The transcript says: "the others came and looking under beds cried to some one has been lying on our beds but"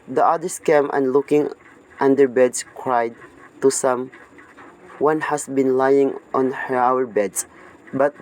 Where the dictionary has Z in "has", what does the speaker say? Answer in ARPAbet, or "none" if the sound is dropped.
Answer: S